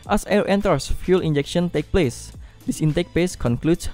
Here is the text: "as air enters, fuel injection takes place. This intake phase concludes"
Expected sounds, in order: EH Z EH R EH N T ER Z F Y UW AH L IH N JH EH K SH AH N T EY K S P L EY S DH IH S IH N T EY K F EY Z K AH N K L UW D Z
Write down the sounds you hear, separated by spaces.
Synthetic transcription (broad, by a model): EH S EH R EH N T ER S F Y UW L IH N JH EH K SH AH N T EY K P L EY S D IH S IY N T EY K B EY S K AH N K L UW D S